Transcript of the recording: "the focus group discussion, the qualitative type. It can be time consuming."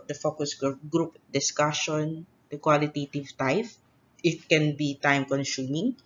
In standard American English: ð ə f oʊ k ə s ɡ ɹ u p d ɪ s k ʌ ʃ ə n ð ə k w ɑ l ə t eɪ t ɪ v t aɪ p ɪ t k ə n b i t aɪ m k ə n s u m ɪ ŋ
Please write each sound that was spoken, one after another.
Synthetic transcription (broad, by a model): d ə f oʊ k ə s ɡ ɹ u p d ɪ s k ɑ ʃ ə n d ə k w ɑ l ə t eɪ t ɪ v t aɪ f ɪ t k ə n b i t aɪ m k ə n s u m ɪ ŋ